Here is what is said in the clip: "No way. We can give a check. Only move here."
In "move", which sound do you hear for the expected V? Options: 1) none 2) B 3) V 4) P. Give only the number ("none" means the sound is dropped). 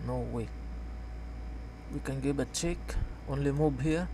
2